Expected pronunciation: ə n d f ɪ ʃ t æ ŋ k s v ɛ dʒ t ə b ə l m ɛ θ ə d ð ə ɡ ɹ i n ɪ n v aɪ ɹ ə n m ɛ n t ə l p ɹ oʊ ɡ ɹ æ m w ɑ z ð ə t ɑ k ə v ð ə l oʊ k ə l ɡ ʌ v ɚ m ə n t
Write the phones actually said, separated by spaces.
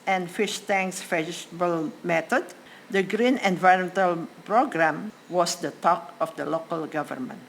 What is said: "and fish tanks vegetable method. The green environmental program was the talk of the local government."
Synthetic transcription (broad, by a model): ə n f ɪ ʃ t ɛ ŋ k s f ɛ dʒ s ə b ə l m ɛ t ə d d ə ɡ ɹ i n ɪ n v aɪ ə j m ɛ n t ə l p ɹ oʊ ɡ ɹ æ m w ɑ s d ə t ɑ k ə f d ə l oʊ k ə l ɡ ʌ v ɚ m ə n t